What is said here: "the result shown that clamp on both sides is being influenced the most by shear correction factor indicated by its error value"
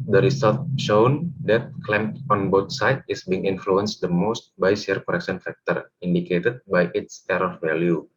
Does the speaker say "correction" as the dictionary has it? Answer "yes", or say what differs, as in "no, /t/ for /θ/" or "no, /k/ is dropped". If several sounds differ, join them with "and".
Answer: no, /s/ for /ʃ/